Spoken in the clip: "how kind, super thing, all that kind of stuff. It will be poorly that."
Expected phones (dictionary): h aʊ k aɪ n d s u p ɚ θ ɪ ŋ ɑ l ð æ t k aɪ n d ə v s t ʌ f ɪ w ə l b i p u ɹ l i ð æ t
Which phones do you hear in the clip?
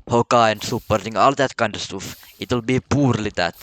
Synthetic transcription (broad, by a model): h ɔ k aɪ n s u p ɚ t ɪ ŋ ɑ l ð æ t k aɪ n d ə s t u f ɪ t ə l b i p u ɹ l i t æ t